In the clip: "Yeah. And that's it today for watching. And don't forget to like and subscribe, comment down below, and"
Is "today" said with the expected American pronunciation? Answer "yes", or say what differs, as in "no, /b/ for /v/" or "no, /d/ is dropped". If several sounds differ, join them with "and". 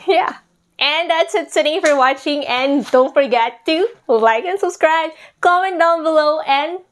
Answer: no, /s/ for /t/